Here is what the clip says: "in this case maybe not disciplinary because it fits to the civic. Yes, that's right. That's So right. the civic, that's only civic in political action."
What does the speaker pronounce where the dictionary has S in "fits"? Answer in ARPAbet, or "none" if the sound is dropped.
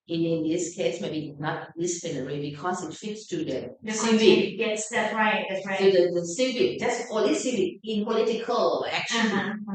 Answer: S